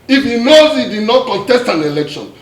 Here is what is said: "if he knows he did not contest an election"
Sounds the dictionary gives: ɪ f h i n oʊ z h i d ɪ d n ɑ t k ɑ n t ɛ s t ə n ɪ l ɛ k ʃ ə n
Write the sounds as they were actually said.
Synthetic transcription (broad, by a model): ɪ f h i n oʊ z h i d ɪ d n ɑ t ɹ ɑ t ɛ s t ə n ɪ l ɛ k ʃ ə n